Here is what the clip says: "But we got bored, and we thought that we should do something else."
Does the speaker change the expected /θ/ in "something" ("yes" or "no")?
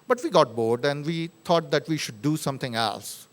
yes